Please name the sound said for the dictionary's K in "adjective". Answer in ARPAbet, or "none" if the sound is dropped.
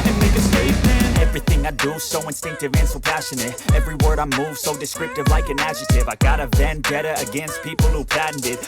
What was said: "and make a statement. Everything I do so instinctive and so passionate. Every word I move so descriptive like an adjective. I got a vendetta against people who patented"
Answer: none